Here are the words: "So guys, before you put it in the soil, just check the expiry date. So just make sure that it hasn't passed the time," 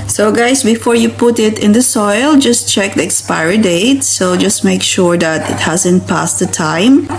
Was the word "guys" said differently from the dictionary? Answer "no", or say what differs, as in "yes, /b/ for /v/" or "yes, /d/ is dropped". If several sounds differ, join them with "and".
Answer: yes, /s/ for /z/